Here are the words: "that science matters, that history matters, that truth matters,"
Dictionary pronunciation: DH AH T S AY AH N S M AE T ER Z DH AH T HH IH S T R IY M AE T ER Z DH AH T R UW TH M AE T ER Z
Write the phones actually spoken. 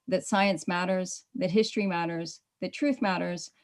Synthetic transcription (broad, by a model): DH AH T S AY AH N S M AE T ER Z DH AH T HH IH S T R IY M AE T ER Z DH AH T R UW TH M AE T ER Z